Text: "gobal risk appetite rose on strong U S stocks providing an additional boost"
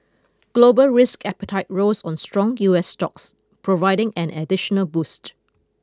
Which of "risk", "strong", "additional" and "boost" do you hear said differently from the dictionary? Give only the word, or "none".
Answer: none